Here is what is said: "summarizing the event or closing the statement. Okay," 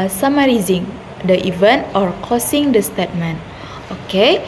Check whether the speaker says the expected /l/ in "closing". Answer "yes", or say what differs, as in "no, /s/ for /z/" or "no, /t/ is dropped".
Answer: no, /l/ is dropped